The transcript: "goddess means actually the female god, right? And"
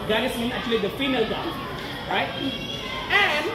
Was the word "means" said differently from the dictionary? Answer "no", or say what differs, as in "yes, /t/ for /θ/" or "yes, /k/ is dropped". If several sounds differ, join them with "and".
yes, /z/ is dropped